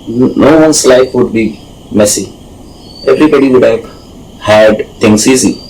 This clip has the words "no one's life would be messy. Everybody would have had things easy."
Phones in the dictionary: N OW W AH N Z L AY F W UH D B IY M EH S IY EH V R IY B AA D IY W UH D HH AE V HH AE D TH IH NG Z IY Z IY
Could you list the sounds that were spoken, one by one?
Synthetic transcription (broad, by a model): N OW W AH N S L AY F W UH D B IY M EH S IY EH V R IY B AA D IY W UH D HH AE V HH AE D T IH NG S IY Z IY